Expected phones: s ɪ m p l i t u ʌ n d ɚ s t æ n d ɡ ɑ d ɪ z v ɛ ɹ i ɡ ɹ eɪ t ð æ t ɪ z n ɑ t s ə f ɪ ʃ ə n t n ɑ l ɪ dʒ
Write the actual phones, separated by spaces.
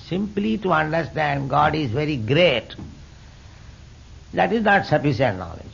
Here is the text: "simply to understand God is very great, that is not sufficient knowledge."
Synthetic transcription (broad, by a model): s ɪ m p l i t u ʌ n d ɚ s t æ n d ɡ ɑ d ɪ z v ɛ ɹ i ɡ ɹ eɪ t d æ t ɪ z n ɑ t s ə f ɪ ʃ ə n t n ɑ l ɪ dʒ